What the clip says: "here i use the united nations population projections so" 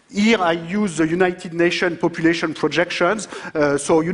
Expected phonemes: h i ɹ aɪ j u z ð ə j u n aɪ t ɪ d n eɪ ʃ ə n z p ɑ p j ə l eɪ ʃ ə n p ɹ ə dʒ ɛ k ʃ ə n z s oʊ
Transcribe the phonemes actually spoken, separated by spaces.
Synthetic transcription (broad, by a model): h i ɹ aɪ j u z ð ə j u n aɪ t ɪ d n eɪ ʃ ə n p ɑ p j ə l eɪ ʃ ə n p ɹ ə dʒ ɛ k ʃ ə n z s oʊ